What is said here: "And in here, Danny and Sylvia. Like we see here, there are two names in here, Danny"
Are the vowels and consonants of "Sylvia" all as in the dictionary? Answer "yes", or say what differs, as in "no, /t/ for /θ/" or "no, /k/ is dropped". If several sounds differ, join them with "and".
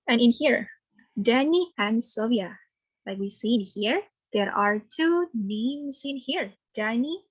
no, /l/ is dropped